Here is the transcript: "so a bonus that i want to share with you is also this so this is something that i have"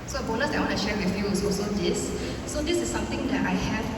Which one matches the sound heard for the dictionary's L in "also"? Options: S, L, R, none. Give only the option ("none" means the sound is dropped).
none